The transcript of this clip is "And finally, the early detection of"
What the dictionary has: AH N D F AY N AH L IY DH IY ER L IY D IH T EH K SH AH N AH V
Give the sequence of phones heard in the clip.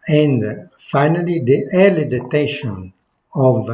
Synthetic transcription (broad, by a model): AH N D F AY N AH L IY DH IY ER L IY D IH T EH SH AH N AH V